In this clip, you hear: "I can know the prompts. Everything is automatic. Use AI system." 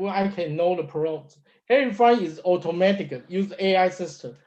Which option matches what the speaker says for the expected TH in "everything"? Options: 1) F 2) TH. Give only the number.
1